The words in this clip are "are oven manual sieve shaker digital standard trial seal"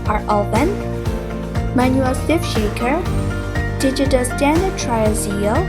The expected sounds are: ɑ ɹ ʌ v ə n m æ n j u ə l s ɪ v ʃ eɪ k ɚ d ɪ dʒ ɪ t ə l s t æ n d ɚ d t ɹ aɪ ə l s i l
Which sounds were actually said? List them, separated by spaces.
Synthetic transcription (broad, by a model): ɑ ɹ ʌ b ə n m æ n j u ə l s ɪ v ʃ eɪ k ɚ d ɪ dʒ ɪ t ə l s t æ n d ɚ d t ɹ aɪ ə l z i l